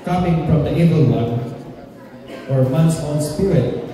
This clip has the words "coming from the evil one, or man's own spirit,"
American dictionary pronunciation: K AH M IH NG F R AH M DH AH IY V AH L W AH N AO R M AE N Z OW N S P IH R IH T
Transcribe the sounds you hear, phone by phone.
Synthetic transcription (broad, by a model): K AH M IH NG F R AH M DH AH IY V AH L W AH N AO R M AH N S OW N S P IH R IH T